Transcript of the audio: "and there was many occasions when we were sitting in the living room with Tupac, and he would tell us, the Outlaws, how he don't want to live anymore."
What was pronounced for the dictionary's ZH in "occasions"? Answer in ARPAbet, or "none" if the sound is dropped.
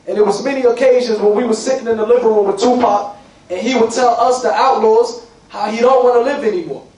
ZH